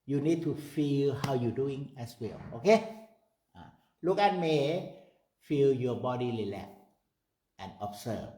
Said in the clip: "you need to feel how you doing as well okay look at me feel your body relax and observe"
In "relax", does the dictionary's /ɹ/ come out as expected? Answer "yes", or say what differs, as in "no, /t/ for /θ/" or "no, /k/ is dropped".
no, /l/ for /ɹ/